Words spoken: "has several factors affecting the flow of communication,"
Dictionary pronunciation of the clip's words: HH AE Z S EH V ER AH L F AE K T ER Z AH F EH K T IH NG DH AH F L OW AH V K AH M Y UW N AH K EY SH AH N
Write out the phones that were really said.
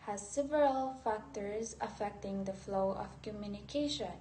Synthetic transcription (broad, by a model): HH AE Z S EH V ER AH L F AE K T ER Z AH F EH K T IH NG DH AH F L OW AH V K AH M Y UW N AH K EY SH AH N